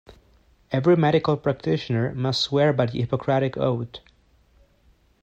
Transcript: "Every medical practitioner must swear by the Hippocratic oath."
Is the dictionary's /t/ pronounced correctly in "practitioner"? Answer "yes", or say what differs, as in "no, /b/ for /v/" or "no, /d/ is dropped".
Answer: yes